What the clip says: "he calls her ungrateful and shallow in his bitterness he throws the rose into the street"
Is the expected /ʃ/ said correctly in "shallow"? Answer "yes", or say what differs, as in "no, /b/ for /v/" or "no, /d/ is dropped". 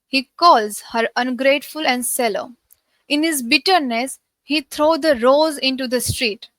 no, /s/ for /ʃ/